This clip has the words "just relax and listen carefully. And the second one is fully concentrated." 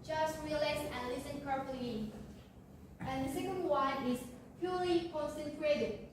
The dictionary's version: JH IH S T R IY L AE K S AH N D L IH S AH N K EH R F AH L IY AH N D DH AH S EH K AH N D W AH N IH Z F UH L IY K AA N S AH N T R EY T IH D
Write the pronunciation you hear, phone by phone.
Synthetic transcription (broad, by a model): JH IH S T R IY L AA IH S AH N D L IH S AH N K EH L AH IY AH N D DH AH S EH K AH N D W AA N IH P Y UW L IY K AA N S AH N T R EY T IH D